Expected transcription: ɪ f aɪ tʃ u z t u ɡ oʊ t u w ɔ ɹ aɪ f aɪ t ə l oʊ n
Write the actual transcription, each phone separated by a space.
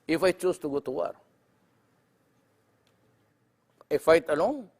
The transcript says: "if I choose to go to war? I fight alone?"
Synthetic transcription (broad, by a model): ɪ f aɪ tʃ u s t u ɡ oʊ t u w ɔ ɹ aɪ f aɪ t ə l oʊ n